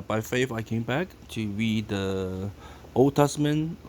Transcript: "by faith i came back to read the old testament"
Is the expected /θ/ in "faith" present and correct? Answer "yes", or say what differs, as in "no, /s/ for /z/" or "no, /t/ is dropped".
no, /f/ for /θ/